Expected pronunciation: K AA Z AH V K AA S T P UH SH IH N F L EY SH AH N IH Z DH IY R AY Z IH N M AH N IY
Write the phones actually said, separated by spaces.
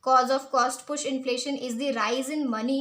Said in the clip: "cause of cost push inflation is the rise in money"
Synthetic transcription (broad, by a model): K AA Z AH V K AA S T P UH SH IH N F L EY SH AH N IH Z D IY R AY Z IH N M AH N IY